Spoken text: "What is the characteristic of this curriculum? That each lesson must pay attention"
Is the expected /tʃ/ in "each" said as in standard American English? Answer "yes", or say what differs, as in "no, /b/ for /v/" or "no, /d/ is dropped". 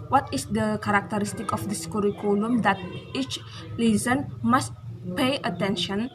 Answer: yes